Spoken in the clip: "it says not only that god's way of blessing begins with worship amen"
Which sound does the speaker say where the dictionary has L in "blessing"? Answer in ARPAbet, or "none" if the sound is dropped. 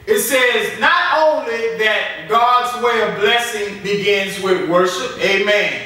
L